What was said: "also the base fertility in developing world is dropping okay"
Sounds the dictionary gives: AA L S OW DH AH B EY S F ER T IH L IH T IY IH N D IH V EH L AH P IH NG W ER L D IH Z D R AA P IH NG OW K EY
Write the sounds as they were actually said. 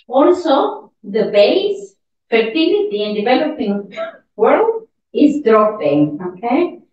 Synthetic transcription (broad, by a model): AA L S OW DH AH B EY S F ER T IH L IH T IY IH N D IH V EH L AH P IH NG W ER L D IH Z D R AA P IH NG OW K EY